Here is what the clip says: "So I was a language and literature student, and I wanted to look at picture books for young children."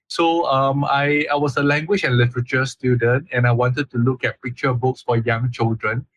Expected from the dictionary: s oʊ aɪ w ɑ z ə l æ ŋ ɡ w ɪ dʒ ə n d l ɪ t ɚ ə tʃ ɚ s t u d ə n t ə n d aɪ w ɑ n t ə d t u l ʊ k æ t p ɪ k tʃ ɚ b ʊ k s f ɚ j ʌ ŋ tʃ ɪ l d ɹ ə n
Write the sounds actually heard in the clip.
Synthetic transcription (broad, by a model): s oʊ aɪ w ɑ s ə l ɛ ŋ ɡ w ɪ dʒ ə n l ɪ t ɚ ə tʃ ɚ s t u d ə n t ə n aɪ w ɑ n t ə d t u l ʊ k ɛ t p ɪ k tʃ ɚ b ʊ k s f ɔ j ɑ ŋ tʃ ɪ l d ɹ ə n